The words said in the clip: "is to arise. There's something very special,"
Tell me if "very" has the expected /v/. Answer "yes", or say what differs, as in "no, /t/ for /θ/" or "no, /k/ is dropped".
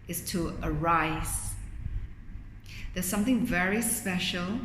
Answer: yes